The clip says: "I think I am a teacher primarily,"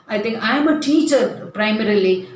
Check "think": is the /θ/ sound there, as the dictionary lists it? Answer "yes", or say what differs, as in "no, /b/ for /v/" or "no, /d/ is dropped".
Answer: no, /t/ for /θ/